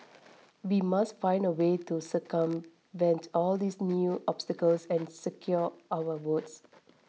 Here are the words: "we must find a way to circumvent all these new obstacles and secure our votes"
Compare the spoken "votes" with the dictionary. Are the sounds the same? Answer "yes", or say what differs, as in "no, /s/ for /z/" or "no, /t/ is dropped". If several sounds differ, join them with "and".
no, /w/ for /v/